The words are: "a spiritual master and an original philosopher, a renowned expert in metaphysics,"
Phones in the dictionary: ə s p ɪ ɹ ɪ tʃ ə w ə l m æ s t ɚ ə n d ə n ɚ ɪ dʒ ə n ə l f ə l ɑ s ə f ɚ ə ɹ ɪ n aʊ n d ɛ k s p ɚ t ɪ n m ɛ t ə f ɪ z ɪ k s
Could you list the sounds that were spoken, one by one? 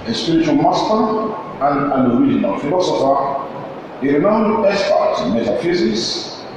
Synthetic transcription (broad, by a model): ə s p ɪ ɹ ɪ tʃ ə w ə l m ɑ s t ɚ ə n d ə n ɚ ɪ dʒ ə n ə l f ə l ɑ s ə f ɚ ə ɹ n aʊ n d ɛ s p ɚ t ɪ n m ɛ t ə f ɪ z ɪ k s